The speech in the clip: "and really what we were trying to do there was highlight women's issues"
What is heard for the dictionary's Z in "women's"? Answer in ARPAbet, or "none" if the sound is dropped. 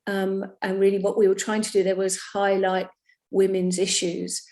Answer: Z